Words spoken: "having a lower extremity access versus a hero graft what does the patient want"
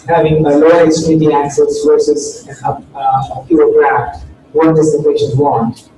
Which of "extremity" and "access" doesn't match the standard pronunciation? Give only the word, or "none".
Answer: extremity